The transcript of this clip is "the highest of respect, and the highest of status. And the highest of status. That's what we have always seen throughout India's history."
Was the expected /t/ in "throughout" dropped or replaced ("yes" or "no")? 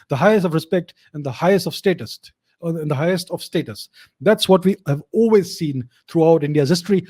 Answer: no